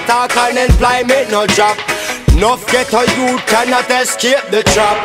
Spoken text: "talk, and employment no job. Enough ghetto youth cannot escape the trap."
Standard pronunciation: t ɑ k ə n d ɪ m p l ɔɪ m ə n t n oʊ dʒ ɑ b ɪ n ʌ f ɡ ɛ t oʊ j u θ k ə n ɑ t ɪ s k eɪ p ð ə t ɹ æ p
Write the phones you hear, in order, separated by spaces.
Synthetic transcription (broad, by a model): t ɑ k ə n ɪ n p l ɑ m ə t n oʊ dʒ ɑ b n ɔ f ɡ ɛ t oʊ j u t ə n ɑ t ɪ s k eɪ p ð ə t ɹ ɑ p